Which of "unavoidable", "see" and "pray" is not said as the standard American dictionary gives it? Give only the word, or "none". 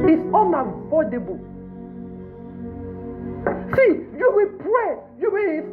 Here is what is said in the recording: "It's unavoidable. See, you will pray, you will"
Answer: unavoidable